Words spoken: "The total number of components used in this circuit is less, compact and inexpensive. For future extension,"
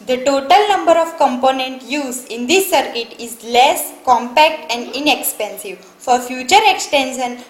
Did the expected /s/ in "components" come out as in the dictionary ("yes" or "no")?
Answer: no